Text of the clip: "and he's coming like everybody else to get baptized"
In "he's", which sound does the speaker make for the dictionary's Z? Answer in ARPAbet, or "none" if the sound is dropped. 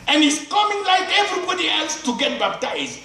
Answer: S